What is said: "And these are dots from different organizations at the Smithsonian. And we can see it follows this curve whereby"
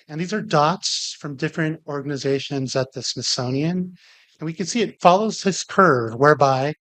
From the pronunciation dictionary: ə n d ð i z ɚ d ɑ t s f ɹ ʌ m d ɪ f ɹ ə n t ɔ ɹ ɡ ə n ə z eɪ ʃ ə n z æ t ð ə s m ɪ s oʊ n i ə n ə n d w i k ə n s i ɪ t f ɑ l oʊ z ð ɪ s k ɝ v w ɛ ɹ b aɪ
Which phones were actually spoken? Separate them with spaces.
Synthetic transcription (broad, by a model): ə n ð i z ɚ d ɑ t s f ɹ ʌ m d ɪ f ɹ ə n t ɔ ɹ ɡ ə n ə z eɪ ʃ ə n z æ t ð ə s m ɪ s oʊ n i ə n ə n w i k ə n s i ɪ t f ɑ l oʊ z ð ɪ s k ɝ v w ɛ ɹ b aɪ